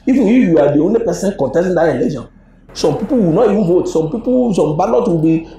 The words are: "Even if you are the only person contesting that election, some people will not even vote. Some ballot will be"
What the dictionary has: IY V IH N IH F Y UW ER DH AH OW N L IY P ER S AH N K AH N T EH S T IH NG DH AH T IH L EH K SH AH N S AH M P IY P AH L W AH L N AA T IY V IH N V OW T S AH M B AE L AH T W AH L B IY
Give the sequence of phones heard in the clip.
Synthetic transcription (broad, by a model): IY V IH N IH F Y UW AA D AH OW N IY P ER S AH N K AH N T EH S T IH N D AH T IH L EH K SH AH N S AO M P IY P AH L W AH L N AA T IY V IH N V OW T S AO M B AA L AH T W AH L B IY